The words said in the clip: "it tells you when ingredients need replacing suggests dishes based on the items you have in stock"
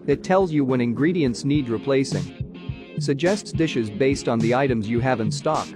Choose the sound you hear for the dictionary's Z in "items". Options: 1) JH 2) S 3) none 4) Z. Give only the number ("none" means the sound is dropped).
4